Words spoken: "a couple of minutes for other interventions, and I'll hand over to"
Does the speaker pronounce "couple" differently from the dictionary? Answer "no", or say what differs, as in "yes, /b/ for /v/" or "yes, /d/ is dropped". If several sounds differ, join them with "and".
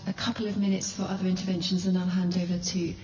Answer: no